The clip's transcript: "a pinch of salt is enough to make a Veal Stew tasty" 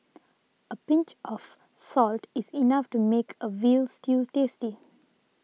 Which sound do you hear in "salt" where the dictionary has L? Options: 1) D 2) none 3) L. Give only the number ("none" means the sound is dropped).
3